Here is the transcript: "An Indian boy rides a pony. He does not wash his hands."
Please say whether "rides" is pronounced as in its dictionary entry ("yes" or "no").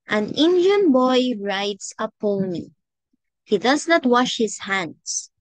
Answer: no